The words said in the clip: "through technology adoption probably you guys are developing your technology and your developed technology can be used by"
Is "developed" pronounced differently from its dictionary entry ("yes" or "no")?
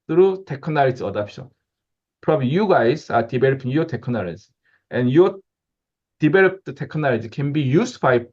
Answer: yes